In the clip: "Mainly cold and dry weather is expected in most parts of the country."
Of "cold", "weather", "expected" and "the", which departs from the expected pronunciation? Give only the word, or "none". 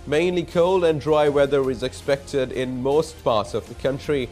none